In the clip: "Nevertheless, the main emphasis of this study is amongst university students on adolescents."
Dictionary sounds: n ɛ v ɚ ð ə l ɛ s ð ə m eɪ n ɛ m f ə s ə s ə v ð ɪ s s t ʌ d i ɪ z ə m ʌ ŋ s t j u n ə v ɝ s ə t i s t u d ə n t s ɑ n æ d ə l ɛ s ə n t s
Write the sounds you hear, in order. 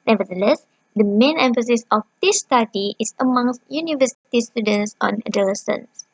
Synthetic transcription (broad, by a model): n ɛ v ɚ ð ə l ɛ s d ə m eɪ n ɛ m f ə s ə s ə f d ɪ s s t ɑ d i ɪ s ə m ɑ ŋ s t j u n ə v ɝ s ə t i s t u d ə n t s ɑ n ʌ d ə l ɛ s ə n s